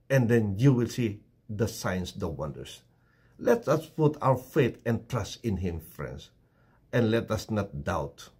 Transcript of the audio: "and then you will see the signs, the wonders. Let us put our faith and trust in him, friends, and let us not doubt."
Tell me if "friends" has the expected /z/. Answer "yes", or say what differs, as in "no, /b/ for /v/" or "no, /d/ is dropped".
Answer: no, /s/ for /z/